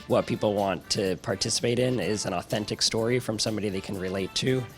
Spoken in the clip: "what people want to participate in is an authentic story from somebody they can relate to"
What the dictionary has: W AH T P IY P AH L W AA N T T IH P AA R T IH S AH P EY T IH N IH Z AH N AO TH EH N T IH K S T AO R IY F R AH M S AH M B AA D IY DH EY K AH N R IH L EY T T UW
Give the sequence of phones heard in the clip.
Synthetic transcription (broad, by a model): W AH T P IY P L W AA N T T IH P AA R T IH S AH P EY T IH N IH Z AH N AO TH EH N T IH K S T AO R IY F R AH M S AH M B AA D IY DH EY K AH N R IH L EY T T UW